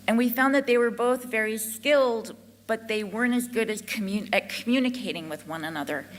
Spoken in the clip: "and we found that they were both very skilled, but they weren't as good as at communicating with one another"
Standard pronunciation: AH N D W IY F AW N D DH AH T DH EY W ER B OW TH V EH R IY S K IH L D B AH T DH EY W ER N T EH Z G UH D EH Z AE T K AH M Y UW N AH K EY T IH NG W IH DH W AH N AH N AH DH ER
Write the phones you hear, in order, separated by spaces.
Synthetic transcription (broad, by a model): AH N W IY F AW N DH AH T DH EY W ER B OW TH V EH R IY S K IH L D B AH T DH EY W ER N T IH Z G UH D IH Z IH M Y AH M Y UW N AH K EY T IH NG W IH DH W AH N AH N AH DH ER